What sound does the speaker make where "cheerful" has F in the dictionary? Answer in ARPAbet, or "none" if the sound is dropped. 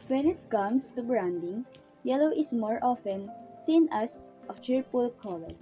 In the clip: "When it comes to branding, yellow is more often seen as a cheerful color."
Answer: P